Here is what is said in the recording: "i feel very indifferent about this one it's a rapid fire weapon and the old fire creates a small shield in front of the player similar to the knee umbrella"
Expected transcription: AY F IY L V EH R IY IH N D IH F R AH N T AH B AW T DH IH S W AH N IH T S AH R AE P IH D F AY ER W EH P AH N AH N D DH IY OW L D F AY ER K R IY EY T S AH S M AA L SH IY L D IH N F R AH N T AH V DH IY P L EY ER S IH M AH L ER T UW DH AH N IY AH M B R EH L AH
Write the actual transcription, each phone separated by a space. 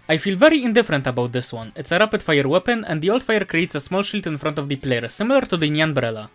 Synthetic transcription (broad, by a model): AY F IY L V EH R IY IH N D IH F R AH N T AH B AW T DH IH S W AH N IH T S AH R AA P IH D F AY ER W EH P AH N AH N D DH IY OW L D F AY ER K R IY EY T S AH S M AA L SH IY L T IH N F R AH N T AH V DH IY P L EY ER S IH M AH L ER T UW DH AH N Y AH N B R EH L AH